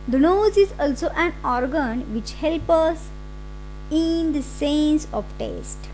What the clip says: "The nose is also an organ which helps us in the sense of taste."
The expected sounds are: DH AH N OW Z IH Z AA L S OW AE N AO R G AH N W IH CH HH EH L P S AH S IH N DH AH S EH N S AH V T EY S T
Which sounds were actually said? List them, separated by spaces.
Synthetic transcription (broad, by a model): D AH N OW Z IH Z AA L S OW AE N AO R G AH N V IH CH HH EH L P AH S IH N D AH S EH N S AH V T EY S T